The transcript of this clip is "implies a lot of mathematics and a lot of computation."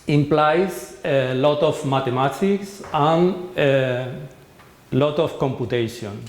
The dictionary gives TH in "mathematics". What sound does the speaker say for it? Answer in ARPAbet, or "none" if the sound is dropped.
T